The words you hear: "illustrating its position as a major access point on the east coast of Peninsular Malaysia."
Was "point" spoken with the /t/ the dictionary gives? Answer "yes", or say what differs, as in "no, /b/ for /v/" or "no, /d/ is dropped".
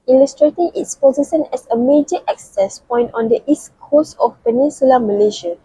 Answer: yes